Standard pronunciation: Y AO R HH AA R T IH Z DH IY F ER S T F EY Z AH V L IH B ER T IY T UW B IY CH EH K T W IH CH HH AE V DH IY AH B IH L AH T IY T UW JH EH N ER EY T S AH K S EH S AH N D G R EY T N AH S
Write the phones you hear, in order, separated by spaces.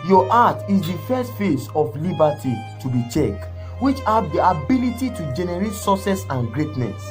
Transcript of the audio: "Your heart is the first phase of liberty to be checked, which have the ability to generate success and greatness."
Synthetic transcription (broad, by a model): Y AO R AA T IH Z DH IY F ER S T F EY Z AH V L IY B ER T IY T UW B IY CH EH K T W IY CH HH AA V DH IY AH B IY L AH T IY T UW JH EH N ER EY T S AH S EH S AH N G R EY T N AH S